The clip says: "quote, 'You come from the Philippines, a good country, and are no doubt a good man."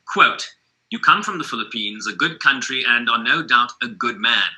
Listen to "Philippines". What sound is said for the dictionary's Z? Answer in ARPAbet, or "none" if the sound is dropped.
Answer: Z